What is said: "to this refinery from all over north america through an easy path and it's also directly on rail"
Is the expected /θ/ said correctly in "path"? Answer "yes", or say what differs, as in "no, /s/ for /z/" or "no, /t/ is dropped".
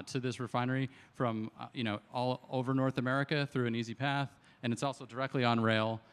yes